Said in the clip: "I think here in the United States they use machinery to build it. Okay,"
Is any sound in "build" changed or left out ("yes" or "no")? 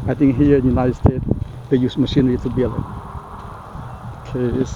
yes